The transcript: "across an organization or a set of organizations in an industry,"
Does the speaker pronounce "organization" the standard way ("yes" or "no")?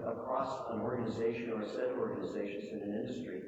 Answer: yes